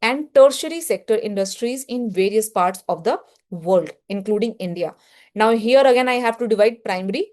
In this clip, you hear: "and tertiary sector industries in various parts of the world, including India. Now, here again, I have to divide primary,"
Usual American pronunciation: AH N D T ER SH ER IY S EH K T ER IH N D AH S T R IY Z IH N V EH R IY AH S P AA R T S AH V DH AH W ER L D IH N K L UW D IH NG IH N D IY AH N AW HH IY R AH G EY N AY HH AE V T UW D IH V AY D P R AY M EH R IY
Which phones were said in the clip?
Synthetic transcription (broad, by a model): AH N D T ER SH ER IY S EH K T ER IH N D AH S T R IY Z IH N V EH R IY AH S P AA R T S AH V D AH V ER L D IH N K L UW D IH NG IH N D IY AH N AW HH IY R AH G EY N AY HH AE V T UW D IH V AY D P R AY M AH R IY